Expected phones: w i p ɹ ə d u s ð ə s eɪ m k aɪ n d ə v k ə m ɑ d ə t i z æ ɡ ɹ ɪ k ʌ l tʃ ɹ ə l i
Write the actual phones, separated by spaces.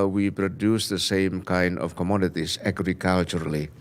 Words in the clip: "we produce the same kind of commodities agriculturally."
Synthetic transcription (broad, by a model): w i p ɹ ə d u s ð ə s eɪ m k aɪ n d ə f k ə m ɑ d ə t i s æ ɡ ɹ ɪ k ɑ l tʃ ɹ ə l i